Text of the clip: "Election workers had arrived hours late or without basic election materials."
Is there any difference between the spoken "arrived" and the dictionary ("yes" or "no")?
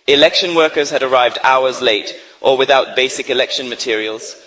no